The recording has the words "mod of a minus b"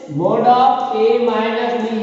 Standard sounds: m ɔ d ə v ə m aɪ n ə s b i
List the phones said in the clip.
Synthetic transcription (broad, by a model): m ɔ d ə p ə m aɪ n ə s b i